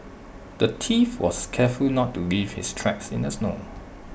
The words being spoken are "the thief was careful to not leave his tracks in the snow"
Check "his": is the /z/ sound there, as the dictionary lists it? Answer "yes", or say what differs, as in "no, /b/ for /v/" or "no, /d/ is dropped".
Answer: no, /s/ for /z/